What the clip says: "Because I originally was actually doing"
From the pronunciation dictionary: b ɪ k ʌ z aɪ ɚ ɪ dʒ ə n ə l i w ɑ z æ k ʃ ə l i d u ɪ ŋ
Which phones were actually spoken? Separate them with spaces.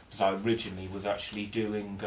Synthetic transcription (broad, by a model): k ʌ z aɪ ɚ ɪ dʒ ə n ə l i w ɑ z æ k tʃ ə l i d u ɪ ŋ